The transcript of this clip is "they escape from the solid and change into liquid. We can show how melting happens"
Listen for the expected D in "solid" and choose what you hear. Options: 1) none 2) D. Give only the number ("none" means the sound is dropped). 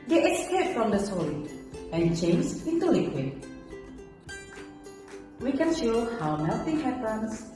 1